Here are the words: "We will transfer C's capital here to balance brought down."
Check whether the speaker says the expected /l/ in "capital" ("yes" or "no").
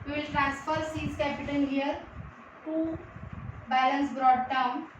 no